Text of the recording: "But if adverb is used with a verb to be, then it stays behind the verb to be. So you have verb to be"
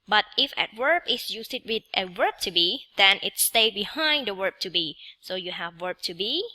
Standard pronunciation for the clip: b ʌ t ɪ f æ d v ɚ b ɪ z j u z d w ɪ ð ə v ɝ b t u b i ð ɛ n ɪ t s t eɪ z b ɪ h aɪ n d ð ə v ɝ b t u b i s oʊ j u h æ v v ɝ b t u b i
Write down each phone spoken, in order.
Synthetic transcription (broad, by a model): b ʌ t ɪ f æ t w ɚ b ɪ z j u s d w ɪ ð ə w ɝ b t u b i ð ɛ n ɪ t s t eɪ b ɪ h aɪ n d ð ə w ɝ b t u b i s oʊ j u h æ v w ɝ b t u b i